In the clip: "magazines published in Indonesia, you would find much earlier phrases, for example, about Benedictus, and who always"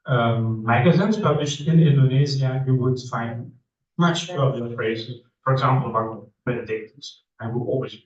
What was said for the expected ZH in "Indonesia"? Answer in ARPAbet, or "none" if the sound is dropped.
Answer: Z